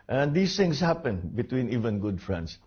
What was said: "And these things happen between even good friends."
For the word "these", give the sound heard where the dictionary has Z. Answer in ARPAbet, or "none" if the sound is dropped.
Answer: S